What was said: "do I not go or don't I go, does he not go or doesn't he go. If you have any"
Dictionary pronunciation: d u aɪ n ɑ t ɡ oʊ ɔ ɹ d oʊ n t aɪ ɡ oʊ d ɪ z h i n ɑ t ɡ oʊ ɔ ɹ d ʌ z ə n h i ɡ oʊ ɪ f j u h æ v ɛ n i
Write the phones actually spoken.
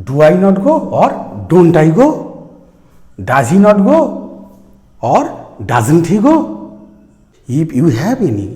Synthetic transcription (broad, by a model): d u aɪ n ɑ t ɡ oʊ ɔ ɹ d oʊ n t aɪ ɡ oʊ d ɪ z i n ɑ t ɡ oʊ ɔ ɹ d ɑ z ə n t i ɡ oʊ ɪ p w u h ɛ p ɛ n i